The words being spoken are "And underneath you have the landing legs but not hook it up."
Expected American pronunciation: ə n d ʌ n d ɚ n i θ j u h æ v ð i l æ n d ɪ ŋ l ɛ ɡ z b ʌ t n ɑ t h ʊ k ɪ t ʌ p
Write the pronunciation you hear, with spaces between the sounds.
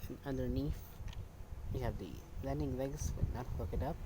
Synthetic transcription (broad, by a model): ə n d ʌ d n i f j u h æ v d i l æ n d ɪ ŋ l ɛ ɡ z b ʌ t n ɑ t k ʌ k ɪ t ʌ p